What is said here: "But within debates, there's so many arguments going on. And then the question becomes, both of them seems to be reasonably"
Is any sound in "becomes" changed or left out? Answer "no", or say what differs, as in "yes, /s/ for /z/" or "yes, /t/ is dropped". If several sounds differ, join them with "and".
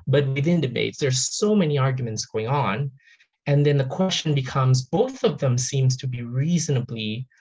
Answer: no